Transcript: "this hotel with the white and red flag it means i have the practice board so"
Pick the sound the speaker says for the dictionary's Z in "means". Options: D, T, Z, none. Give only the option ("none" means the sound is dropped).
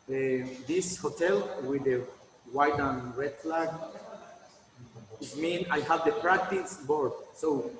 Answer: none